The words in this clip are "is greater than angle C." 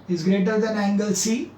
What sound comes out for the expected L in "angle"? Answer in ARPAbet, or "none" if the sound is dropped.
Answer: L